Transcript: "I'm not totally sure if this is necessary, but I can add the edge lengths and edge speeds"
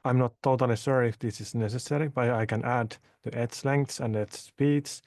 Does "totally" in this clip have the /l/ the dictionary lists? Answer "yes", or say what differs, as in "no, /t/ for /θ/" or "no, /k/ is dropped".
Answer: yes